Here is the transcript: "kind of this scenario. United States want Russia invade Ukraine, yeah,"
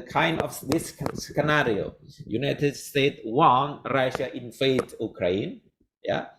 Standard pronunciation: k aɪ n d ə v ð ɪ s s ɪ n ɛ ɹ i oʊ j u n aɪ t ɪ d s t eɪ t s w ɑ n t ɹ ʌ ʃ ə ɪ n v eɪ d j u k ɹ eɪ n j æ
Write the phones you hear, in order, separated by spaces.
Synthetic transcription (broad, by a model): k aɪ n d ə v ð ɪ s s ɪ n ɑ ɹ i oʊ j u n aɪ t ɪ d s t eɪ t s w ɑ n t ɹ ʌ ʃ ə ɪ n f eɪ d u k ɹ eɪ n j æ